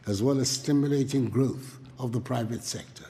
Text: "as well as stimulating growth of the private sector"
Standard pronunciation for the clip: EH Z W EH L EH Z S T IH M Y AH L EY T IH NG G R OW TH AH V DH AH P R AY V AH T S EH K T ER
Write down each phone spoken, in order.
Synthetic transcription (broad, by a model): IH Z W EH L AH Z S T IH M Y AH L EY T IH NG G R OW TH AH V DH AH P R AY V AH T S EH K T ER